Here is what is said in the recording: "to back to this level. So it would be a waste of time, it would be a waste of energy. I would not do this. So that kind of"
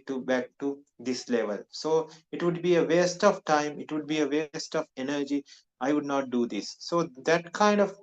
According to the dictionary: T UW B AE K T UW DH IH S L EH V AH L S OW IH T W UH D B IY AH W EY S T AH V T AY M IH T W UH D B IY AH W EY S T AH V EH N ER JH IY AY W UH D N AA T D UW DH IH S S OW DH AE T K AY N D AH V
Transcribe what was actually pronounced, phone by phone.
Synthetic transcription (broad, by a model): T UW B AE K T UW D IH S L EH V AH L S OW IH T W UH D B IY AH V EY S T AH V T AY M IH T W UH D B IY AH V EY S T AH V EH N ER JH IY AY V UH D N AA T D UW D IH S S OW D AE T K AY N D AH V